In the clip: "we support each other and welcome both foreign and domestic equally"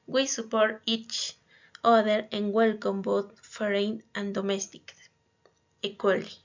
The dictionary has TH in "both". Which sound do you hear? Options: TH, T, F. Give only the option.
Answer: T